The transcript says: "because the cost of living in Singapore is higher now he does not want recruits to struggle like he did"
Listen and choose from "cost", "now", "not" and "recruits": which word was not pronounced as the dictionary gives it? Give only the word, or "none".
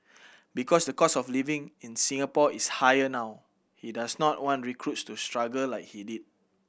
cost